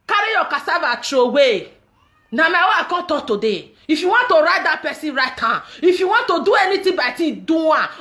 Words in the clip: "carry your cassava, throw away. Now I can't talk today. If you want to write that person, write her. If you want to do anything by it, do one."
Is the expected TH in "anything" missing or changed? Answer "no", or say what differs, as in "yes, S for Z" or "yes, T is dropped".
yes, T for TH